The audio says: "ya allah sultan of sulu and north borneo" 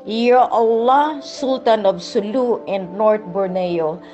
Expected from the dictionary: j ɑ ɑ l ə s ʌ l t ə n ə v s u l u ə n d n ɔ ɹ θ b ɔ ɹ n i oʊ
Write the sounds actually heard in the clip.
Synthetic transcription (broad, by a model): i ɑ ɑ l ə s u l t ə n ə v s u l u ə n d n ɔ ɹ t b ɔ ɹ n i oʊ